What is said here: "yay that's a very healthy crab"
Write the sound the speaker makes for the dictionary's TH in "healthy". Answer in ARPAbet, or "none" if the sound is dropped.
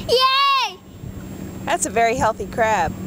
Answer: TH